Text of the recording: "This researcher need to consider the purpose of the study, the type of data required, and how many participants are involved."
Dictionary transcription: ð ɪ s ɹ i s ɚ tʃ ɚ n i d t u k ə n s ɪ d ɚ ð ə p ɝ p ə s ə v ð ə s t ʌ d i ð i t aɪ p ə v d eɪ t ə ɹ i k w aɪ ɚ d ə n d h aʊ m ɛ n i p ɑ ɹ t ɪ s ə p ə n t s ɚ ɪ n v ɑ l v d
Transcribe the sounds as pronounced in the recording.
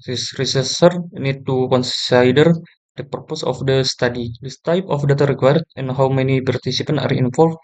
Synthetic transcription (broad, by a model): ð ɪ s ɹ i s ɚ s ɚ n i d t u k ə n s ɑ d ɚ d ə p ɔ p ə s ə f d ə s t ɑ d i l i t aɪ p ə f d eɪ t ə ɹ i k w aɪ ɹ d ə n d h aʊ m ɛ n i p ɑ ɹ t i s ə p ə n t i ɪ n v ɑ l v